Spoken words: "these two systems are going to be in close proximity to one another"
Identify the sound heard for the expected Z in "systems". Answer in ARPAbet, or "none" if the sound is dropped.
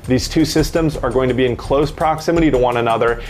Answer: Z